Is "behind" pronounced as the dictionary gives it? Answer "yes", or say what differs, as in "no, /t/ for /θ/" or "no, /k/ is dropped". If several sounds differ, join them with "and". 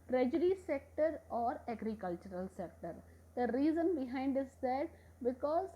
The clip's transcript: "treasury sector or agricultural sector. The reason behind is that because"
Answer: yes